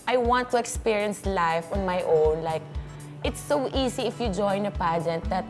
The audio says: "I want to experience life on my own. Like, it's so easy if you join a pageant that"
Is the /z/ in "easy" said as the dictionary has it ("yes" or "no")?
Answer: no